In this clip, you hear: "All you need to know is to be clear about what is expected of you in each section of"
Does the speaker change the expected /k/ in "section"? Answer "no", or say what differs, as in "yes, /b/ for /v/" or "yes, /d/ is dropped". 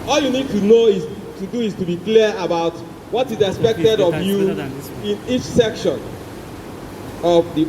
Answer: no